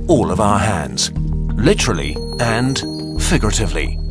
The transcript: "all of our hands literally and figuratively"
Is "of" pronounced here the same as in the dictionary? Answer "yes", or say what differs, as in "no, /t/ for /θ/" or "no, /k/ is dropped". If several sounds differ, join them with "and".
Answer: yes